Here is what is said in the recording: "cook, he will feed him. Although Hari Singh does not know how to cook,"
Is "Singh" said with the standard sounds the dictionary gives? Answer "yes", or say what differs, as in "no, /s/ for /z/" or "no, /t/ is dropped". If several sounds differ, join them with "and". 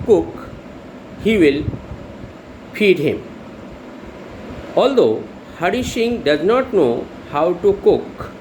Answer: no, /ʃ/ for /s/